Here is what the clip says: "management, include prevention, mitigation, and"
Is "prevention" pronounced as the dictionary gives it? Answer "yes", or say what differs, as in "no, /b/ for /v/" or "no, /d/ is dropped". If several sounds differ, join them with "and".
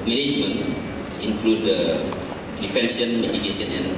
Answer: no, /f/ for /v/